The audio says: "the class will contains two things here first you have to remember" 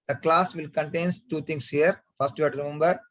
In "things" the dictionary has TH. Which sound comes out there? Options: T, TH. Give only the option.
T